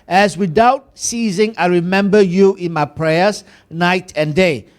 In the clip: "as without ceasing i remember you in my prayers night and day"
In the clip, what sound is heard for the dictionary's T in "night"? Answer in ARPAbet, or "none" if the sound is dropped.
T